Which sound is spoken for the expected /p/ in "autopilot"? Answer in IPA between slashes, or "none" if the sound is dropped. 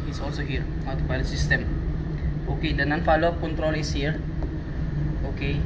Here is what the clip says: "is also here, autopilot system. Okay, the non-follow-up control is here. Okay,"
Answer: /b/